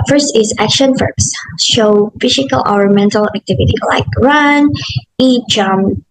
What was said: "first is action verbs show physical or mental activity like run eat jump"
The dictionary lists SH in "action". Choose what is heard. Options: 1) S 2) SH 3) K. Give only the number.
2